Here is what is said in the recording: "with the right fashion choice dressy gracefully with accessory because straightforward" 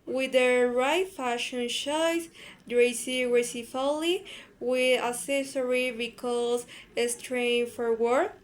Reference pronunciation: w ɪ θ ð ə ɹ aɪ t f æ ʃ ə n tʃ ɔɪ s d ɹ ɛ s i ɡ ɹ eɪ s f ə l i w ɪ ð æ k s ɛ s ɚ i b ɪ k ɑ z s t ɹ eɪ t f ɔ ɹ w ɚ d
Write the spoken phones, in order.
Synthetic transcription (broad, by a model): w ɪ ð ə ɹ aɪ t f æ ʃ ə n ʃ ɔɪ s d ɹ ɛ s i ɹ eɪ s f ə l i w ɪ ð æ s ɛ s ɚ i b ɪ k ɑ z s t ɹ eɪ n f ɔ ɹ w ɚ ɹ